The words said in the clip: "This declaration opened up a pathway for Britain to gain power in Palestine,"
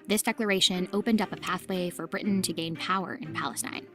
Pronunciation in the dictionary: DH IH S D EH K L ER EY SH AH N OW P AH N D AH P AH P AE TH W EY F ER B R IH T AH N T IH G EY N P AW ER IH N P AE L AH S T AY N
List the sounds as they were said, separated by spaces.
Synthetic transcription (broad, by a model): DH IH S D EH K L ER EY SH AH N OW P AH N D AH P AH P AE TH W EY F ER B R IH T N T IH G EY N P AW ER IH N P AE L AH S T AY N